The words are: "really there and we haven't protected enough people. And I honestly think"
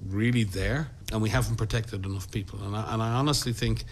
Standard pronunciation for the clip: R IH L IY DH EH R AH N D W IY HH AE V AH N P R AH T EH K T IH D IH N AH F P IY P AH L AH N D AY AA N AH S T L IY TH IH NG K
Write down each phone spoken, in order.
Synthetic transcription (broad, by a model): R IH L IY DH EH R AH N W IY HH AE V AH N P R AH T EH K T IH D IH N AH F P IY P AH N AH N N AY AA N AH S T L IY TH IH NG K